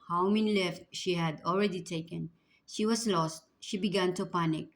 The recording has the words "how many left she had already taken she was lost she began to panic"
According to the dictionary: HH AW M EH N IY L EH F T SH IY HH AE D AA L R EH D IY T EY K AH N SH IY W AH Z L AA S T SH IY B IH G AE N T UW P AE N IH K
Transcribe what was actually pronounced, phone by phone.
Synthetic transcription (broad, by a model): HH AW M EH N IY L EH F T SH IY HH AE D AA L R EH D IY T EY K AH N SH IY W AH S L AA S T SH IY B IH G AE N T UW P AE N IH K